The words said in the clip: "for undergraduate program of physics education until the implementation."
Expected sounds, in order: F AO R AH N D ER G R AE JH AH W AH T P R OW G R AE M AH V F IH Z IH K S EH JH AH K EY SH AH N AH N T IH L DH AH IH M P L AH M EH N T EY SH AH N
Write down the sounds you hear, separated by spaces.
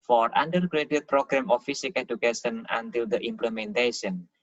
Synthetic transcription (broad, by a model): F AO R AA N D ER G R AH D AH T P R OW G R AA M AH F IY S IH K EH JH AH K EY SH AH N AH N T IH L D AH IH M P L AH M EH N T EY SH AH N